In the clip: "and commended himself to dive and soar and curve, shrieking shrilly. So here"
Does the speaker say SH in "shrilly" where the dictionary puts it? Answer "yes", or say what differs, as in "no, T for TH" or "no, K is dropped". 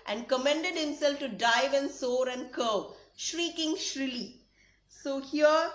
yes